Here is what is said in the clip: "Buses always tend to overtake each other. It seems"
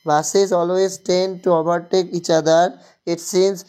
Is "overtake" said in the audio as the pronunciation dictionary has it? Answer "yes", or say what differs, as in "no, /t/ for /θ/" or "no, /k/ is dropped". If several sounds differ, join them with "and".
no, /b/ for /v/